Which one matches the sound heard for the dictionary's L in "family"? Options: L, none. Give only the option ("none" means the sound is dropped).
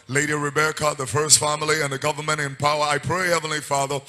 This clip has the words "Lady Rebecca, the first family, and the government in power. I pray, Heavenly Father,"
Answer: L